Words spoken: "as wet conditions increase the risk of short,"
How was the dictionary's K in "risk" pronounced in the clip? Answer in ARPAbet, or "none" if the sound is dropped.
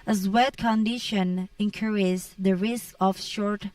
K